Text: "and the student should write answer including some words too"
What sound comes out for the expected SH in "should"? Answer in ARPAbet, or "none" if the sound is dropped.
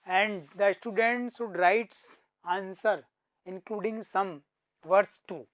S